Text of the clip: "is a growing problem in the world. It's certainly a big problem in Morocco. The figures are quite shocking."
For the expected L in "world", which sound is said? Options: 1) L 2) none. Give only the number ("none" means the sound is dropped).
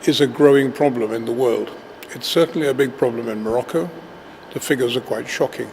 1